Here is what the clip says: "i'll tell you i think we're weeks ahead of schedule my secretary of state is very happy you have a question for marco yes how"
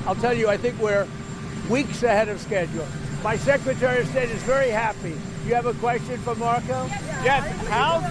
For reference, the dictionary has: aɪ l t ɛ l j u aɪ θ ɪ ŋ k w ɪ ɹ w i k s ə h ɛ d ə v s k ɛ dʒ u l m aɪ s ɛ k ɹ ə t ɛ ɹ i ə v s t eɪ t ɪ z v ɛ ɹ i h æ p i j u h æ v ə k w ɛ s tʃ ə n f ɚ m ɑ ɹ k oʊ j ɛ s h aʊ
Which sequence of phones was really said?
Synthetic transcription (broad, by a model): aɪ l t ɛ l j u aɪ θ ɪ ŋ k w ɪ ɹ w i k s ə h ɛ d ə v s k ɛ dʒ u l m aɪ s ɛ k ɹ ə t ɛ ɹ i ə v s t eɪ t ɪ z v ɛ ɹ i h æ p i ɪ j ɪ v ə k w ɛ s tʃ ə n f ɚ m ɑ ɹ k oʊ j ɛ s h aʊ